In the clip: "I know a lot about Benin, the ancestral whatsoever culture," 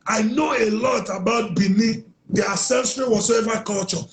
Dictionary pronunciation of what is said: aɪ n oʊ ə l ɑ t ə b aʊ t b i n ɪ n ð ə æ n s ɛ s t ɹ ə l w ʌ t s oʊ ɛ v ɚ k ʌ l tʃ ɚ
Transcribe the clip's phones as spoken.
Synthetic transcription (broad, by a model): aɪ n oʊ ə l ɑ t ə b aʊ t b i n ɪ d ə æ s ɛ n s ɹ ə w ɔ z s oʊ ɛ v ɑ k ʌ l tʃ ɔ